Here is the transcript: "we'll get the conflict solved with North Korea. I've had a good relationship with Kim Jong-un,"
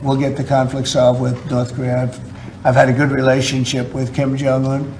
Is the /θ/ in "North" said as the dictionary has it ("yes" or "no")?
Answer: yes